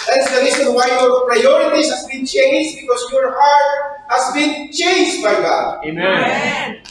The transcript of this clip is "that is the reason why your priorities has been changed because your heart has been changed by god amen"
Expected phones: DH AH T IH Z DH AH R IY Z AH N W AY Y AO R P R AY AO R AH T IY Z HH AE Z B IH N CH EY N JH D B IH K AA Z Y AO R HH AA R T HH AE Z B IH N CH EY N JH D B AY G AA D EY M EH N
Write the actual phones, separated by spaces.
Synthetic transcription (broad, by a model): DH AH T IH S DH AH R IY S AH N W AY Y AO R P R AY AO R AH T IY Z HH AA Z B IH N CH EY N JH B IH K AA S Y AO R HH AA R T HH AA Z B IH N CH EY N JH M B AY G AA D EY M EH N